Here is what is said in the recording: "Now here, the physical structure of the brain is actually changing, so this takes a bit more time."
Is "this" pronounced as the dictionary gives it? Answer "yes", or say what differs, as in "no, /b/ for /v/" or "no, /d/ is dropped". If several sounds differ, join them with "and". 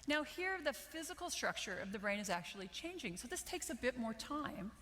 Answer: yes